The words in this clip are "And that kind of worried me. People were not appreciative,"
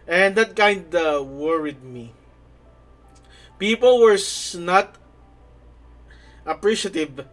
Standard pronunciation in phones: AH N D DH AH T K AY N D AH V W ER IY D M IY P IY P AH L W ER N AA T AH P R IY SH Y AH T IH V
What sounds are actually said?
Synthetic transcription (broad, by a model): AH N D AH T K AY N D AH W ER IY D M IY P IY P AH L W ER N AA T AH P R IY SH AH T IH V